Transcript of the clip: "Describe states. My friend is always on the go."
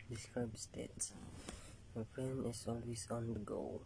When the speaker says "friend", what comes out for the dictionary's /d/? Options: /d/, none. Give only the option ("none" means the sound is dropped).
none